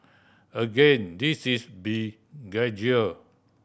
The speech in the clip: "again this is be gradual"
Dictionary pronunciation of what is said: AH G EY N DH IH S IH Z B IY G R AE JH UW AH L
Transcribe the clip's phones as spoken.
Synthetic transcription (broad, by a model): AH G EY N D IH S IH S B IY G AA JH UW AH